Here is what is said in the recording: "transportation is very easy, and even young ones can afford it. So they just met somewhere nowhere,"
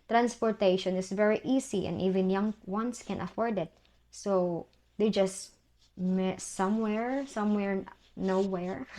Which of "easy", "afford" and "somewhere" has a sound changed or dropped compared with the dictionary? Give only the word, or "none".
easy